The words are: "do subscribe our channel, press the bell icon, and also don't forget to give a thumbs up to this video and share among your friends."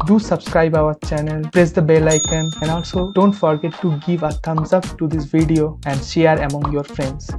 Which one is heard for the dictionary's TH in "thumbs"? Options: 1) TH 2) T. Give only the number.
2